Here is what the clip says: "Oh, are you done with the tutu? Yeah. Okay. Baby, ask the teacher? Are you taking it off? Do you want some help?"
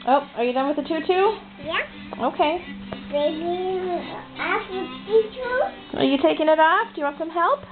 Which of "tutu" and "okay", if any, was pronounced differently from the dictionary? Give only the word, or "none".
none